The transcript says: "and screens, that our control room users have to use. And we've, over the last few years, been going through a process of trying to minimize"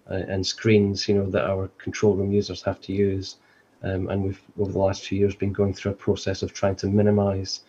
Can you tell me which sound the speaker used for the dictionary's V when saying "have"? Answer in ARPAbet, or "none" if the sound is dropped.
F